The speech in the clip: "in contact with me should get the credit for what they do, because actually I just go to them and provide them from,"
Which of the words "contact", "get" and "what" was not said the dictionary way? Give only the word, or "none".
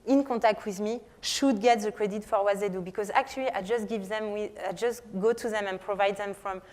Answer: contact